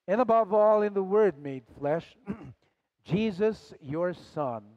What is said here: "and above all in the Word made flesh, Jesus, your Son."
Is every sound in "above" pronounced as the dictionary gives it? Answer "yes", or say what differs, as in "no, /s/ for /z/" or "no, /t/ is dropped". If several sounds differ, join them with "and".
yes